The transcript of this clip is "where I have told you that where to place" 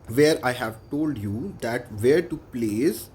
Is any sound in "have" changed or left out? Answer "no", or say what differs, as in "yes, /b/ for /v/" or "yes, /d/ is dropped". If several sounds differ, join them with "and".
no